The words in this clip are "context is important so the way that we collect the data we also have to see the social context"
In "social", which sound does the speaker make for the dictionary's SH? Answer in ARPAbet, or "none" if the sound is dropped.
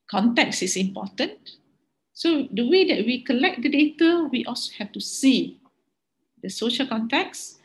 SH